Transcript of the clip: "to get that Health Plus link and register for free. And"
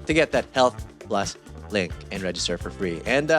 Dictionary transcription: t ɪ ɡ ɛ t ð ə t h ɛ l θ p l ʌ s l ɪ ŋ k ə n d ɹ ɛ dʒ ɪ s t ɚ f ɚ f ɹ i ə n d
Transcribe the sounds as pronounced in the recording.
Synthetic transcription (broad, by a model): t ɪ ɡ ɛ t ð ə t h ɛ l θ p l ʌ s l ɪ ŋ k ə n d ɹ ɛ dʒ ɪ s t ɚ f ɚ f ɹ i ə n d